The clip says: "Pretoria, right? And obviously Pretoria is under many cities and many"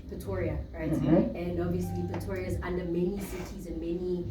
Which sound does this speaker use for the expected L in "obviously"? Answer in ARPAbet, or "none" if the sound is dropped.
L